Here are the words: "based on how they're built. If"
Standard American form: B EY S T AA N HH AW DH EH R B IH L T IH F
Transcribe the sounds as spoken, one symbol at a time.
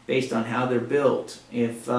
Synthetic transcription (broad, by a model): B EY S T N HH AW DH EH R B IH L T IH F